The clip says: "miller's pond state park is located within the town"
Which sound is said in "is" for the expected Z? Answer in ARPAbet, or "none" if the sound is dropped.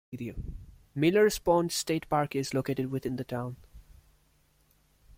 Z